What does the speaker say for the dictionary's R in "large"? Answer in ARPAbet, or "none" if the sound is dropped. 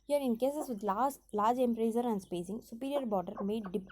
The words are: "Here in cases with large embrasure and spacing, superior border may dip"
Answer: L